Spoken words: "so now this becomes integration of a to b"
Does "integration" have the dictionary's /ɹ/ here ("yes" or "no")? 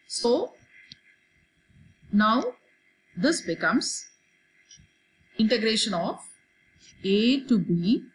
yes